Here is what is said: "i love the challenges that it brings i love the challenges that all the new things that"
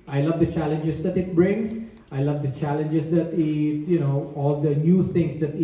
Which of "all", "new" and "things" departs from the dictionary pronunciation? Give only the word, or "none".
things